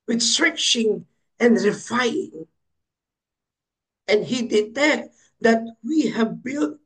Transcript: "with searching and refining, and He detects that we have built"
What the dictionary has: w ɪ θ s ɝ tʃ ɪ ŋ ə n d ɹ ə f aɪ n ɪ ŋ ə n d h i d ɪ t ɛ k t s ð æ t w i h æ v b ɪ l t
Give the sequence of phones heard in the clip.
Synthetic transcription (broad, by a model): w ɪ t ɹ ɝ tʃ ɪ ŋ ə n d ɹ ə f aɪ ɪ ŋ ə n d h i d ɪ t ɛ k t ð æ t w i h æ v b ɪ l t